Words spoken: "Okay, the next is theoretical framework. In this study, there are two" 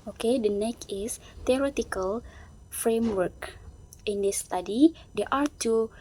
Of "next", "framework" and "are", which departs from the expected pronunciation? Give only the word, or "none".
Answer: next